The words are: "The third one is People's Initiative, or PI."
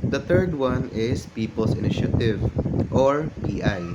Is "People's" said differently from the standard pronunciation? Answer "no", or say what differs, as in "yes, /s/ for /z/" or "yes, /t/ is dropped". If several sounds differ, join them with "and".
yes, /s/ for /z/